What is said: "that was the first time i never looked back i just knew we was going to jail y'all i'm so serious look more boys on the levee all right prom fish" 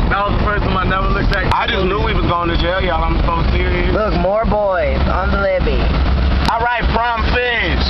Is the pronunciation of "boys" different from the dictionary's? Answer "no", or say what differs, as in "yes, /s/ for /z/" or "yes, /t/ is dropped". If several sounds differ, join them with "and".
no